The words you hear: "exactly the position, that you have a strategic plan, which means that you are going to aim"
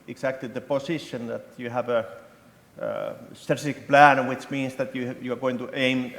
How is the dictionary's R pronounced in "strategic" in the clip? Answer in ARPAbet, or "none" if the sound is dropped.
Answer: none